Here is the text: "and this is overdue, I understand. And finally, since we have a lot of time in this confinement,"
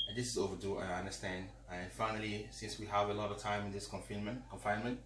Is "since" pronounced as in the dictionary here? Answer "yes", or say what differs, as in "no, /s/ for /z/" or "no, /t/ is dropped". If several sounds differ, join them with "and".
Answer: yes